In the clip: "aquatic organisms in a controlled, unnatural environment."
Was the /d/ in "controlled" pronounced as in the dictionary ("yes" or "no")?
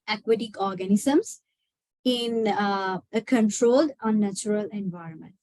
yes